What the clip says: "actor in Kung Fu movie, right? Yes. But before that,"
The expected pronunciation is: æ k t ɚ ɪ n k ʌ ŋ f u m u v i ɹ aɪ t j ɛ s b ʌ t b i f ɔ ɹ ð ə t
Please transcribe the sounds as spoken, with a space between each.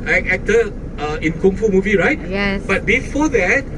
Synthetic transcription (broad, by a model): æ k t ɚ ɪ n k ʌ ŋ f u m u v i ɹ aɪ t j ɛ b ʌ t b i f ɔ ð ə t